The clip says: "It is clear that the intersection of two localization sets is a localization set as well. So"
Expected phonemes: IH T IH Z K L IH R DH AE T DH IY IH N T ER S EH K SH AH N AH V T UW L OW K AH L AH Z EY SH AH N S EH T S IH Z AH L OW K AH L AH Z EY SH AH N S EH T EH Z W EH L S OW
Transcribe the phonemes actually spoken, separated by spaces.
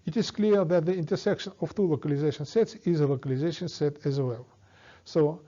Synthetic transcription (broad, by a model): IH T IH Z K L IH R DH AE T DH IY IH N T ER S EH K SH AH N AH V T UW L OW K AH L AH Z EY SH AH N S EH T S IH Z AH L OW K AH L AH Z EY SH AH N S EH T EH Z W EH L S OW